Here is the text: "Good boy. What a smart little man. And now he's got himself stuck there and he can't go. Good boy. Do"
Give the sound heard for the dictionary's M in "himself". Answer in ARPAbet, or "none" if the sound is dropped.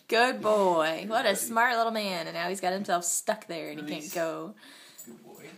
M